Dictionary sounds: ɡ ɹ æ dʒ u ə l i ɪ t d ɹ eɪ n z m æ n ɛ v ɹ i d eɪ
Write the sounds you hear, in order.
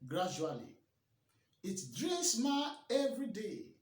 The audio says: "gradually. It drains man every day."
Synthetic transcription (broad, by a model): ɡ ɹ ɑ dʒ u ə l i ɪ t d ɹ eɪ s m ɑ ɛ v ɹ i d eɪ